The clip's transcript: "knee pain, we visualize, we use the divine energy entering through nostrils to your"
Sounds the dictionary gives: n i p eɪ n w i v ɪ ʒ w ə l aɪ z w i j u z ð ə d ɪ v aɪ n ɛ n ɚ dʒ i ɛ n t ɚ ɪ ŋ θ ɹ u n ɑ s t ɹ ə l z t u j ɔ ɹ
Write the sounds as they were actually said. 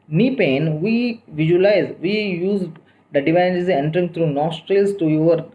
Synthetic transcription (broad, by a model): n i p eɪ n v i v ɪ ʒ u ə l aɪ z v i j u z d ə d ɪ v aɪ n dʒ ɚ z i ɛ n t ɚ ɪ ŋ t ɹ u n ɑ s t ɹ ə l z t u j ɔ ɹ